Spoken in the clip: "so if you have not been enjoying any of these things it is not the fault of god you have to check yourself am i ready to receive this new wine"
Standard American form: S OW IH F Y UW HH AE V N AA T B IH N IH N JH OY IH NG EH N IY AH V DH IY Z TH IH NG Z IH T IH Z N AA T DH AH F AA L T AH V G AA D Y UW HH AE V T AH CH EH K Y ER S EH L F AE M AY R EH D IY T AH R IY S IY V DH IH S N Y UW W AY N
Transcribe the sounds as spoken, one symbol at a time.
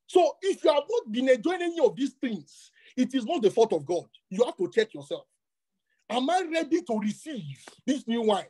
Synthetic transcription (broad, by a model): S OW IH F Y UW HH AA V N AA T B IH N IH N JH OY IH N EH N IY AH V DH IY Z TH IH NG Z IH T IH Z N AA T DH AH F AA T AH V G AA D Y UW HH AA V T AH CH EH K Y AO S EH L F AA M AY R EH D IY T AH R IY S IY V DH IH S N Y UW W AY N